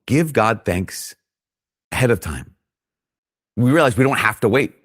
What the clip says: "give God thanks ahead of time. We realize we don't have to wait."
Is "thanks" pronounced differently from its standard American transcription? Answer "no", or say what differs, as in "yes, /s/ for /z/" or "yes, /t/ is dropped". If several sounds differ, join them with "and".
no